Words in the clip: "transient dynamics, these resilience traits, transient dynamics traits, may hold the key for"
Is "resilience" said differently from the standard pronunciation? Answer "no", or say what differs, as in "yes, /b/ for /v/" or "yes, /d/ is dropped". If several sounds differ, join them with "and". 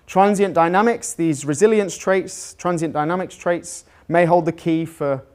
no